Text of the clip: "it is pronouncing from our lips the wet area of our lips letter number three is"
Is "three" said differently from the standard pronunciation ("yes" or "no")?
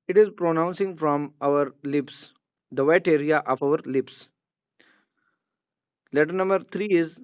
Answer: yes